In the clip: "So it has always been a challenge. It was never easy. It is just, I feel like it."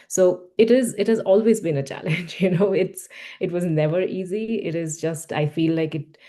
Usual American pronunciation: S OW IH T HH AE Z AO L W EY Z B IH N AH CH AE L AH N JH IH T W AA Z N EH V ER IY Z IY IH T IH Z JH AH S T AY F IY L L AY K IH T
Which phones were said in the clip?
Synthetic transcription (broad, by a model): S OW IH T HH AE Z AO L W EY Z B IH N AH CH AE L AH N JH IH T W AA Z N EH V ER IY Z IY IH T IH Z JH AH S T AY F IY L L AY K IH T